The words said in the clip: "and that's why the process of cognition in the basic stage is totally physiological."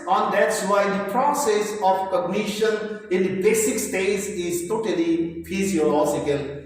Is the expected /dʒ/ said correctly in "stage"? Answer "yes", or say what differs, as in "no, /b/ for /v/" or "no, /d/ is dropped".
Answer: no, /z/ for /dʒ/